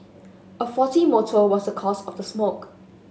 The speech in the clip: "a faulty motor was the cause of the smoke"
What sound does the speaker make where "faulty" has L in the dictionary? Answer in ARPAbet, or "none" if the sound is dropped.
none